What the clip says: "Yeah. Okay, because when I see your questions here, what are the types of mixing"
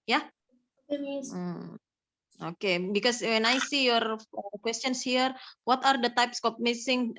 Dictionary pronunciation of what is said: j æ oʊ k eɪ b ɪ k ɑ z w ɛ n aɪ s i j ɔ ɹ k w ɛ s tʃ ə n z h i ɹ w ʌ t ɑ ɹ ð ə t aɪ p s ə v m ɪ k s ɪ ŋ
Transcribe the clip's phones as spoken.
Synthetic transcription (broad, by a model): j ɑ oʊ k eɪ b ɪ k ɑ s w ɛ n aɪ s i j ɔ ɹ k w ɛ s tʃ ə n s h i ɹ w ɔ t ɑ ɹ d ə t aɪ p s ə p m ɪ s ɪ ŋ